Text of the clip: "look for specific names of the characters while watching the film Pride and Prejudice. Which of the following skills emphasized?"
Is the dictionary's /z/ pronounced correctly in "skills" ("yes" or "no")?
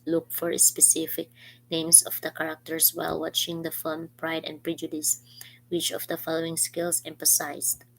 no